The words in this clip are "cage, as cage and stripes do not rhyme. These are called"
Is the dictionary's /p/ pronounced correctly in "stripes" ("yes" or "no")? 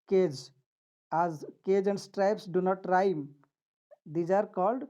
yes